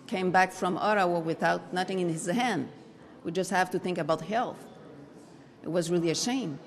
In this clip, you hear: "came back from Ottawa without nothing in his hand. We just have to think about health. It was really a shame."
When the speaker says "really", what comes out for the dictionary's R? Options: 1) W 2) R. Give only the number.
2